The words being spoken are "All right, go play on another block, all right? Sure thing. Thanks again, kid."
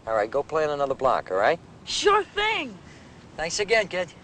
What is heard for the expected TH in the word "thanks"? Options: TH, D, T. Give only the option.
TH